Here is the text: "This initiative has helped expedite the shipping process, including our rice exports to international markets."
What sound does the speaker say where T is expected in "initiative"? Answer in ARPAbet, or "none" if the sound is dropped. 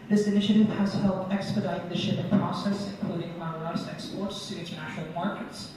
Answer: T